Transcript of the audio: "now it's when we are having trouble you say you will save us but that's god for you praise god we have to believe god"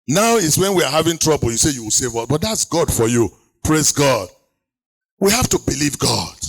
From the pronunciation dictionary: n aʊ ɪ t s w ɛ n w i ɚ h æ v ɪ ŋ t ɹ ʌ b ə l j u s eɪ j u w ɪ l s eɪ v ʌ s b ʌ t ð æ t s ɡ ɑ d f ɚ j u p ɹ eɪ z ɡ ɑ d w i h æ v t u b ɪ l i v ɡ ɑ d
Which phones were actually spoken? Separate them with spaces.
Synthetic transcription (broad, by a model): n aʊ ɪ t s w ɛ n w i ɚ h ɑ v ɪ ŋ t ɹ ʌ b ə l j u s eɪ j u w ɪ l s eɪ v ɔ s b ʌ t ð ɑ t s ɡ ɑ d f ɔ j u p ɹ eɪ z ɡ ɑ d w i h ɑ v t u b ɪ l i v ɡ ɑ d